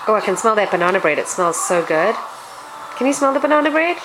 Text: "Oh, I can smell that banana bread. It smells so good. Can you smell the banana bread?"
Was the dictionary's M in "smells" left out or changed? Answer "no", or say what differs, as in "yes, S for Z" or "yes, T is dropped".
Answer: no